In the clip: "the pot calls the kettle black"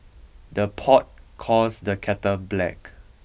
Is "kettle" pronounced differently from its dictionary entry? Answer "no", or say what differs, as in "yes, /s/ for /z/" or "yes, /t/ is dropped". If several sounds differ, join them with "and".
yes, /n/ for /l/